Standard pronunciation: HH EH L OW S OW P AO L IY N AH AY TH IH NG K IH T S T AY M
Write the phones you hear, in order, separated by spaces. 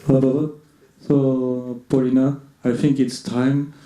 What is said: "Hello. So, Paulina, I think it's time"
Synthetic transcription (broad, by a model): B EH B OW S OW P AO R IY N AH AY T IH NG K IH T S T AY M